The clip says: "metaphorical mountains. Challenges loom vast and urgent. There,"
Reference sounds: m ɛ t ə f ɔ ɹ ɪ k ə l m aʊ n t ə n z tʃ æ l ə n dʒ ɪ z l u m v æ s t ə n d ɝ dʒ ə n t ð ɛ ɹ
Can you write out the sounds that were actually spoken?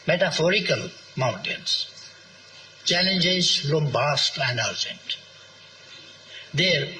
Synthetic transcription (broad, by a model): m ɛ t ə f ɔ ɹ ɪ k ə l m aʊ n t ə n s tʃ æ l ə n dʒ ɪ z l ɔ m b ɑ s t ə n d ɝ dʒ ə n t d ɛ ɹ